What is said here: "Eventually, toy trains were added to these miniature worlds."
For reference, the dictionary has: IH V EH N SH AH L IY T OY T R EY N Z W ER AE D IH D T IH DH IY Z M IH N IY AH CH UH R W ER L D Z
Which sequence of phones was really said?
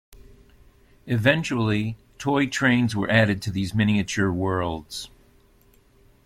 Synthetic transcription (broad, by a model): IH V EH N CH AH L IY T OY T R EY N Z W ER AE D IH D T IH DH IY Z M IH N IY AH CH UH R W ER L D Z